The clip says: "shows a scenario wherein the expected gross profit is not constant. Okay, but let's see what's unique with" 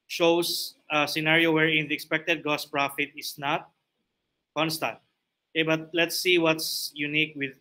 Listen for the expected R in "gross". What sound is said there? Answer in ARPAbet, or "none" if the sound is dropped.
none